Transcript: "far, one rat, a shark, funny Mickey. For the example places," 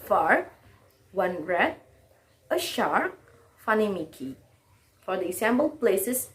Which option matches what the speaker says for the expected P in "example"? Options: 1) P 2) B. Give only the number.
2